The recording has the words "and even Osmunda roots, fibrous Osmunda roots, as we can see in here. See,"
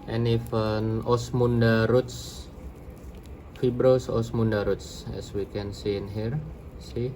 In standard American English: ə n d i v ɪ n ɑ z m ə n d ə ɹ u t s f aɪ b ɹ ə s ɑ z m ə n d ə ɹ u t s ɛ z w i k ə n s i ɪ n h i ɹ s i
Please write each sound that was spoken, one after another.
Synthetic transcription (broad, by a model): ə n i f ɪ n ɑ s m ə n d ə ɹ u t s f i b ɹ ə s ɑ s m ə n d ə ɹ u t s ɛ s w i k ə n s i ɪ n h i ɹ s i